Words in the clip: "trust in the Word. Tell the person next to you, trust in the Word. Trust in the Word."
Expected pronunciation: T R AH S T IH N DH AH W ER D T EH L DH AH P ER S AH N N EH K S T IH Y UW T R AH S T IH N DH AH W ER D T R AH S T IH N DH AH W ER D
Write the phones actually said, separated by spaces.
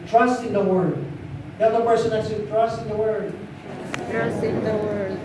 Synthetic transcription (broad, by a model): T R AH S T IH N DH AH W ER D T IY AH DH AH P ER S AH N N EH S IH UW T R AH S T IH N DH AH W ER D T R AH S T IH N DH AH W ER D